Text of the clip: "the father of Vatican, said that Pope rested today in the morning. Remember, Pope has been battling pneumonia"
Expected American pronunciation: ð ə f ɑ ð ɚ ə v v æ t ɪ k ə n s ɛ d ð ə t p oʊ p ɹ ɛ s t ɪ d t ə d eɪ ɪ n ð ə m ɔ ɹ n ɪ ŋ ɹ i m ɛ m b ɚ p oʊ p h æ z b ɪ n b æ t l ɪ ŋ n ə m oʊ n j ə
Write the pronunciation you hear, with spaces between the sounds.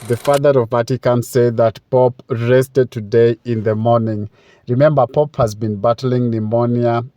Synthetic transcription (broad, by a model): ð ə f ɑ ð ɚ ə v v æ t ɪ k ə n s ɛ d ð ə t p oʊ p ɹ ɛ s t ɪ d t ə d eɪ ɪ n ð ə m ɔ ɹ n ɪ ŋ ɹ i m ɛ m b ɚ p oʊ p h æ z b ɪ n b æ t l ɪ ŋ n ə m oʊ n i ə